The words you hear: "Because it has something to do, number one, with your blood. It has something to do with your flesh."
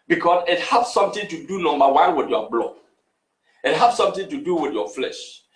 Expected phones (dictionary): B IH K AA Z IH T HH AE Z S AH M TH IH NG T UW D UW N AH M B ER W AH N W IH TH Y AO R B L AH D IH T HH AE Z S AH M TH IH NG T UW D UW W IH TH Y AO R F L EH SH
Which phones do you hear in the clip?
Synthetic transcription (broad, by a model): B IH K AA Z IH T HH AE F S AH M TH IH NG T UW D UW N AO M ER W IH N W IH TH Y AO B L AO IH T HH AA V S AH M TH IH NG T UW D UW W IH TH Y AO F L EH SH